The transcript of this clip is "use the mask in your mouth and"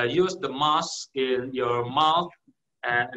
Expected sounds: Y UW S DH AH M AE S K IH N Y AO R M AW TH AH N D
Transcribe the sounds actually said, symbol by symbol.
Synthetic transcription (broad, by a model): Y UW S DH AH M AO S IH N Y AO R M AW TH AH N